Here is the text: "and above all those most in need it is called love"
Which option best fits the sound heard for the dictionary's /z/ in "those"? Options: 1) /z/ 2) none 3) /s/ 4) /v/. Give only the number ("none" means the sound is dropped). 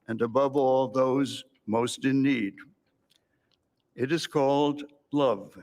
1